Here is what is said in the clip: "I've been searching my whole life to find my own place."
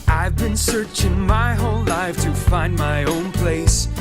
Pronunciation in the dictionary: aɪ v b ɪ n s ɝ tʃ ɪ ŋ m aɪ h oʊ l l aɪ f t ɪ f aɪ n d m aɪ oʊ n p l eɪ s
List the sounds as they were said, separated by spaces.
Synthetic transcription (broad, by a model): aɪ v b ɪ n s ɝ tʃ ɪ ŋ m aɪ h oʊ n l aɪ f t ɪ f aɪ n d m aɪ oʊ n p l eɪ s